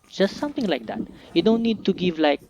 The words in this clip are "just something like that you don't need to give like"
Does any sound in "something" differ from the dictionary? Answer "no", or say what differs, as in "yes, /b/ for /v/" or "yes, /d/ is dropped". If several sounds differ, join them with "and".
yes, /t/ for /θ/